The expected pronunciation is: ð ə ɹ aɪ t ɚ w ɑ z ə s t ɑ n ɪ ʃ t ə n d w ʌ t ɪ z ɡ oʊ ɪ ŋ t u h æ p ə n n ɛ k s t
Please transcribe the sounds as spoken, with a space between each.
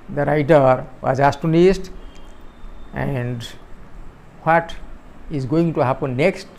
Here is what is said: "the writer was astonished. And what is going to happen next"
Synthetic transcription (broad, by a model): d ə ɹ aɪ t ɚ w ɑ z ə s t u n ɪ s t ə n d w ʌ t ɪ z ɡ oʊ ɪ ŋ t u h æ p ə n n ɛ k s t